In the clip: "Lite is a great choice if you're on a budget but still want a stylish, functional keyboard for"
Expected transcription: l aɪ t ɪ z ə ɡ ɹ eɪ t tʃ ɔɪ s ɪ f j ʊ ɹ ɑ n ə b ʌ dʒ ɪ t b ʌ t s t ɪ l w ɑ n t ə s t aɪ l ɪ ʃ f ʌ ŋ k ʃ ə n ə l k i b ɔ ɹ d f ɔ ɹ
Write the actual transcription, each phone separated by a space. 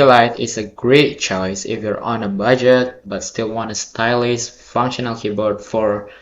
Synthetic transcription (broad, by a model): l aɪ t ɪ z ə ɡ ɹ eɪ t tʃ ɔɪ s ɪ f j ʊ ɹ ɑ n ə b ʌ dʒ ɪ t b ʌ t s t ɪ l w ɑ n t ə s t aɪ l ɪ s f ʌ ŋ k ʃ ə n ə l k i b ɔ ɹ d f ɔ ɹ